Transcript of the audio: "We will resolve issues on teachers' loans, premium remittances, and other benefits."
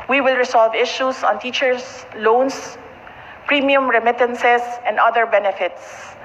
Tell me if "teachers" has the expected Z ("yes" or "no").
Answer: no